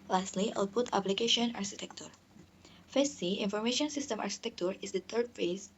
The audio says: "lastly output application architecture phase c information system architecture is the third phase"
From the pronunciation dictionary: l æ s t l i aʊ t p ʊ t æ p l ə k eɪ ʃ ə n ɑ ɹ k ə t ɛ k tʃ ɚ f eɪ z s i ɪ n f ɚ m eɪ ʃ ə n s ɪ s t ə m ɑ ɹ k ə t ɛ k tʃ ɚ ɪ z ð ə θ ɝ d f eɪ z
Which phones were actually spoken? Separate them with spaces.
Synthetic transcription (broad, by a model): l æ s t l i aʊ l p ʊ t æ p l ə k eɪ ʃ ə n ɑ ɹ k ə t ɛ k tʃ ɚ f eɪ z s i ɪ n f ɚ m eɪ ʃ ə n s ɪ s t ə m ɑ ɹ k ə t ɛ k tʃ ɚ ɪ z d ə t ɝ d f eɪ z